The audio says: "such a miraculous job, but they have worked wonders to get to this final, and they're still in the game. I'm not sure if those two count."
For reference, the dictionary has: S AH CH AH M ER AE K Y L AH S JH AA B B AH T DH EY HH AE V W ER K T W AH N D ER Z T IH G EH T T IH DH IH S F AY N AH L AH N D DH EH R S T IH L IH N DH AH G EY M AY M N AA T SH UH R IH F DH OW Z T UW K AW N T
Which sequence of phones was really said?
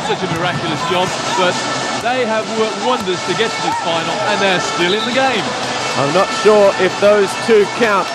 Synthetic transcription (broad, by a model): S AH CH AH M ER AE K Y L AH S JH AA B B AH T DH EY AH V W ER K T W AH N D ER Z T IH G EH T T IH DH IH F AY N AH L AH N DH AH R S T IH L IH N DH AH G EY M AY M N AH T SH UH R IH F DH OW Z T UW K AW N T